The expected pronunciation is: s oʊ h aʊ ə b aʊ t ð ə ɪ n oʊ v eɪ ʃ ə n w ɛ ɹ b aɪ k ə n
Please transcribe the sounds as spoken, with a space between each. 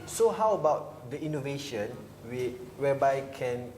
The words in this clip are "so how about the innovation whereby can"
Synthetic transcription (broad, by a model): s oʊ h aʊ ə b aʊ t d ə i n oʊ v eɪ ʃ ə n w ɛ w b aɪ k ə n